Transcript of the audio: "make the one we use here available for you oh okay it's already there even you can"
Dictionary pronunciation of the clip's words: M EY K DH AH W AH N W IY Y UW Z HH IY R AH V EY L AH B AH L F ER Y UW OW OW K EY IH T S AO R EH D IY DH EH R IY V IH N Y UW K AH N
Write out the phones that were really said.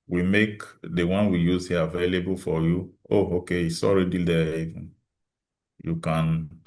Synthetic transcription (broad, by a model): M EY K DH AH W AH N W IY Y UW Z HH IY AH V EY L AH B AH L F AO Y UW OW OW K EY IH S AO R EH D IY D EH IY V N Y UW K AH N